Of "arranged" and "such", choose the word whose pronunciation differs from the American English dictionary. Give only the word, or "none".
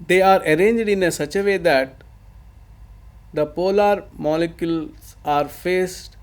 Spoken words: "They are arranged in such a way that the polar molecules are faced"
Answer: none